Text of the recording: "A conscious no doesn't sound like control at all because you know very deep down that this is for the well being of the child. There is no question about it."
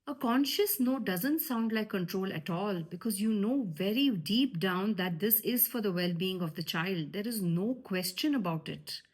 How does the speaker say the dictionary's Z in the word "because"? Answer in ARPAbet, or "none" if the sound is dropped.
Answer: Z